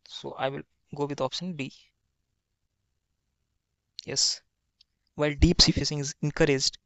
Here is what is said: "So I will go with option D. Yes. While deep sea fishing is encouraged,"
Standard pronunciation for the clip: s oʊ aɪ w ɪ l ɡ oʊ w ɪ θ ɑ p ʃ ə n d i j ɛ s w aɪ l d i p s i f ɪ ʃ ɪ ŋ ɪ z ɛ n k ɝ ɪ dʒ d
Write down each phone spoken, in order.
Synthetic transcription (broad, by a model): s oʊ aɪ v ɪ l ɡ oʊ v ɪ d ɑ p ʃ ə n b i j ɛ s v aɪ l d i p s i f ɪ s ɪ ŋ ɪ z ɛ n k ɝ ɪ dʒ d